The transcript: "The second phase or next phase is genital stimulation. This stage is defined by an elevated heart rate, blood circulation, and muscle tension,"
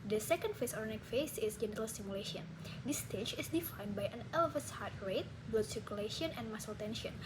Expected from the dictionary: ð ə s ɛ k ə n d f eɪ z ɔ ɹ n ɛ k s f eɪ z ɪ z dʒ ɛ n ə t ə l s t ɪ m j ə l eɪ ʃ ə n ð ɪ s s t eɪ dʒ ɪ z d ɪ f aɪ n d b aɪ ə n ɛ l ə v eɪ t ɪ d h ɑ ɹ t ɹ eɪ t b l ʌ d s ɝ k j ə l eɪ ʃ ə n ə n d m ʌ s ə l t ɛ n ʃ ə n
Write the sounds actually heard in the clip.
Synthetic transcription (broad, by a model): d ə s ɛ k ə n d f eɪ s ɔ ɹ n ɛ k f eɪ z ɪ s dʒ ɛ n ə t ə l s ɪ m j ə l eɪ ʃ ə n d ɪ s s t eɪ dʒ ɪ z d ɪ f aɪ n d b aɪ ə n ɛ l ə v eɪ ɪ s h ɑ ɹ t ɹ eɪ t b ʌ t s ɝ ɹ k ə l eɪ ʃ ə n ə n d m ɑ s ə l t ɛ n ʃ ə n